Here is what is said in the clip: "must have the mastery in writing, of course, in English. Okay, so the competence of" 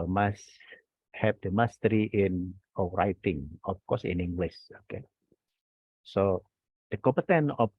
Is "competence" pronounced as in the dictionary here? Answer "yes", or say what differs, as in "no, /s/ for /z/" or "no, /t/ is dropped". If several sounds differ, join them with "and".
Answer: no, /s/ is dropped